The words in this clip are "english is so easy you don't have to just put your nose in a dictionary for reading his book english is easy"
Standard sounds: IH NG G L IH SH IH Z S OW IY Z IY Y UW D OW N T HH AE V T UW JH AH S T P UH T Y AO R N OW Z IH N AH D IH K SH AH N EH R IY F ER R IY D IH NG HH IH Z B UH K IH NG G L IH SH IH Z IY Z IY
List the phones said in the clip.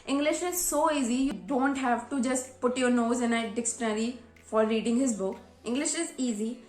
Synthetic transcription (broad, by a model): IH NG G L IH SH IH Z S OW IY Z IY Y UW D OW N T HH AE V T UW JH AH S T P UH T Y AO R N OW Z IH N AH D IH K S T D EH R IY F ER R IY D IH NG HH IH Z B UH K IH NG G L IH SH IH Z IY Z IY